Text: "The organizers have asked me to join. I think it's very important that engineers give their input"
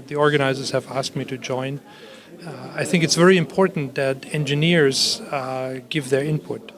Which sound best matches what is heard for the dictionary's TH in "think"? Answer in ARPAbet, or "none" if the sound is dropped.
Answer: TH